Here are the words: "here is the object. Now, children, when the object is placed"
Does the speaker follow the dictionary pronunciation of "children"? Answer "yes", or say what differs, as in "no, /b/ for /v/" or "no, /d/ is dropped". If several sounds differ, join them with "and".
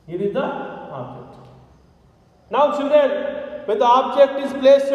no, /s/ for /tʃ/ and /ɹ/ is dropped